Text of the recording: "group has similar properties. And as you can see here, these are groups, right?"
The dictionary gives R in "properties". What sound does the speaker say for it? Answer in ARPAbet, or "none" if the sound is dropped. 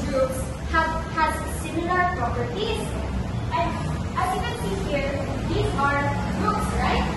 R